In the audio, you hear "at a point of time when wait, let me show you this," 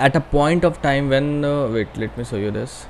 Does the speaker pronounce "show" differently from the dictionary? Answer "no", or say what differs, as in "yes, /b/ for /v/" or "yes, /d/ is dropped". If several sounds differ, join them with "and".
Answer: yes, /s/ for /ʃ/